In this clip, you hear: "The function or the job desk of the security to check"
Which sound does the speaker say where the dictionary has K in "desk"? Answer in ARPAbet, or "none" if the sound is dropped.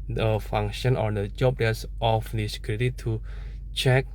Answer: none